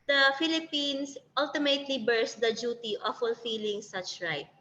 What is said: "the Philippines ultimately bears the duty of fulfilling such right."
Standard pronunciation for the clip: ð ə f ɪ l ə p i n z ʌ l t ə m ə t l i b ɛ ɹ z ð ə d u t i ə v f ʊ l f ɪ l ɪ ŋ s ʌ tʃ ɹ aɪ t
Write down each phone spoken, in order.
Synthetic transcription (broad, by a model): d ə f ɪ l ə p i n s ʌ l t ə m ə t l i b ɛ ɹ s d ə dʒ u t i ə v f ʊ l f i l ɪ ŋ s ʌ tʃ ɹ aɪ t